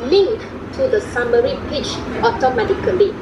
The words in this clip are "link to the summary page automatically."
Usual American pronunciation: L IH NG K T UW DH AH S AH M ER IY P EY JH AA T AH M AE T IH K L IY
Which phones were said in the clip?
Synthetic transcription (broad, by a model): L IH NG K T UW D AH S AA M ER IY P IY CH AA T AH M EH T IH K L IY